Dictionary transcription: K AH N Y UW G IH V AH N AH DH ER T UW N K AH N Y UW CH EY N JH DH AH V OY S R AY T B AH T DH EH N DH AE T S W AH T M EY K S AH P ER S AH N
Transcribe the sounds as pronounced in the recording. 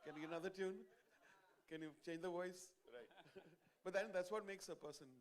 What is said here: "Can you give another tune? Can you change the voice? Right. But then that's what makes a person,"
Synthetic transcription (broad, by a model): K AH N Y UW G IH AH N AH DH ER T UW N K AH N Y UW CH EY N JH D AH V OY S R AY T B AH T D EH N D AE T S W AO T M EY K S AH P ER S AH N